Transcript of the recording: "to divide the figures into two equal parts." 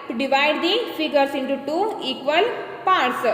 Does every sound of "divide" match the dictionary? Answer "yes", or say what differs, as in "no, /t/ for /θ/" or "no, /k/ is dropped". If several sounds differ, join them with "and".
yes